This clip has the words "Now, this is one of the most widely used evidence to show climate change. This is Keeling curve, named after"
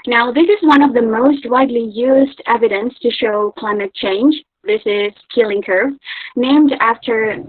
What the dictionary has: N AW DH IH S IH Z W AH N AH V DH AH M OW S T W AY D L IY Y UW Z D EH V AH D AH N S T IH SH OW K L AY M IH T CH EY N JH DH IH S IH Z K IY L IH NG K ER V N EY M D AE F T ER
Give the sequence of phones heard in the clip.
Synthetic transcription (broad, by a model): N AW DH IH S IH Z W AH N AH V DH AH M OW S T W AY D L IY Y UW Z D EH V AH D AH N S T IH SH OW K L AY M IH T CH EY N JH DH IH S IH Z K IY L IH NG K ER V N EY M D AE F T ER